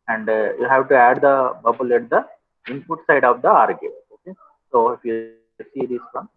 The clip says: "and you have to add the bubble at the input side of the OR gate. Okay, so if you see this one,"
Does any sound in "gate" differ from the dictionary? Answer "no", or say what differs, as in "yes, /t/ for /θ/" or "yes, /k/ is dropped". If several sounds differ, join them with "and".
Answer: yes, /t/ is dropped